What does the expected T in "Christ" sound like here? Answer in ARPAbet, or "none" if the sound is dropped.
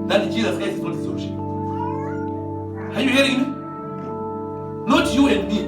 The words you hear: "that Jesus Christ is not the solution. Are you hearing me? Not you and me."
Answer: none